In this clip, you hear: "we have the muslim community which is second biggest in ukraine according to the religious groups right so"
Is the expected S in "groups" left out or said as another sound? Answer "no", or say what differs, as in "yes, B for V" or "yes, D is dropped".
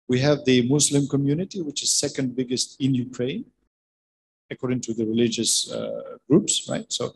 no